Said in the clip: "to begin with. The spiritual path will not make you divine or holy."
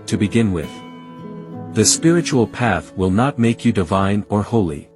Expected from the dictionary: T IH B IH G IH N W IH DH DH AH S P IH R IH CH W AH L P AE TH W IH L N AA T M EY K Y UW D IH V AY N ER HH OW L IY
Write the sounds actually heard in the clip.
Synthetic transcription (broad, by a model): T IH B IH G IH N W IH DH DH AH S P IH R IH CH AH L P AE TH W IH L N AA T M EY K Y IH D IH V AY N ER HH OW L IY